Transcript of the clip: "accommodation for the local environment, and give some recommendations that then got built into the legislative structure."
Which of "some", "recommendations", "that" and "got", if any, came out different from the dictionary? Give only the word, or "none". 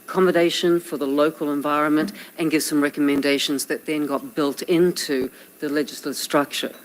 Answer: none